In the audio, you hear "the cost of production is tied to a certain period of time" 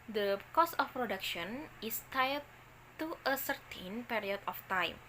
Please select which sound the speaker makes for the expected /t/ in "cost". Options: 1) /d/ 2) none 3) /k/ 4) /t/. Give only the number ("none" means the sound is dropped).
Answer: 2